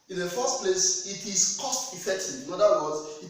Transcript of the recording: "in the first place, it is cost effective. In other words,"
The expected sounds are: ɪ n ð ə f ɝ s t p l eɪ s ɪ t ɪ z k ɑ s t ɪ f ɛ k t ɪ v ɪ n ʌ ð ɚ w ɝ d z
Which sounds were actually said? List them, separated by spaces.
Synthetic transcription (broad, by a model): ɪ n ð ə f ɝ s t p l eɪ s ɪ t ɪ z k ɑ s t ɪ f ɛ k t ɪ ɪ n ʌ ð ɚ w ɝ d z